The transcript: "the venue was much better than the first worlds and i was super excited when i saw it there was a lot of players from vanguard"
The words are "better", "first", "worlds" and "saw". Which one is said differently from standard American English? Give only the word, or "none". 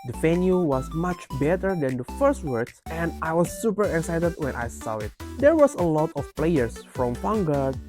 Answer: worlds